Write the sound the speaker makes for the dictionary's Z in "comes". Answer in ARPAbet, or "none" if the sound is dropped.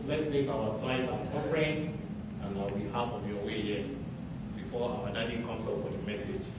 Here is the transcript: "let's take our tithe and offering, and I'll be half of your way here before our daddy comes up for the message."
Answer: S